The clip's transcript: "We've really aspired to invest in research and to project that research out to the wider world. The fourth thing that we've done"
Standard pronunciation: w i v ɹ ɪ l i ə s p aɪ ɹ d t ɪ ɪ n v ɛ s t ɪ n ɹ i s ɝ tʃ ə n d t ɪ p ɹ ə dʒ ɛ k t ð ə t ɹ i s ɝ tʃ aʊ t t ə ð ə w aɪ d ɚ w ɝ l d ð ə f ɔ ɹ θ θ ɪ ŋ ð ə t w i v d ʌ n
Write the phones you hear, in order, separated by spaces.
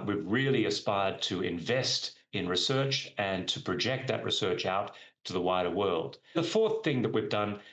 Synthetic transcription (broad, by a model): w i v ɹ ɪ l i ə s p aɪ ɹ d t ɪ ɪ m v ɛ s t ɪ n ɹ i s ɝ tʃ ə n t ɪ p ɹ ə dʒ ɛ k t ð ə t ɹ i s ɝ tʃ aʊ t t ə ð ə w aɪ d ɚ w ɝ l d ð ə f ɔ ɹ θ θ ɪ ŋ ð ə t w i v d ʌ n